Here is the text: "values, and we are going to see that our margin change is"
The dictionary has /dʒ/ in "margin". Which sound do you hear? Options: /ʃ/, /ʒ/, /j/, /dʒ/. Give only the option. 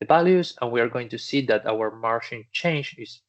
/ʃ/